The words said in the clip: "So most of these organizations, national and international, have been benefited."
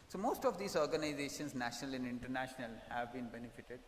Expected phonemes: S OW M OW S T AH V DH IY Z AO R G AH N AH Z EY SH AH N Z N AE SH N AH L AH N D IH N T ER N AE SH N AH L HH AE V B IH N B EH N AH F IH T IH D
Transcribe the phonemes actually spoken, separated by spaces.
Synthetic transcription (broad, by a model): S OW M OW S T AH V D IY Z AO R G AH N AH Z EY SH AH N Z N AE SH N AH L AH N D IH N T ER N AE SH N AH L HH AE V B IH N B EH N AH F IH T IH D